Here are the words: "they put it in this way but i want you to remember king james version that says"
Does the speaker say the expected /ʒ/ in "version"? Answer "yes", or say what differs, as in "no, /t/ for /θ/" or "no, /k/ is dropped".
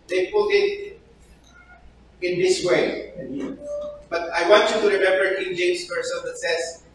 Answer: no, /s/ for /ʒ/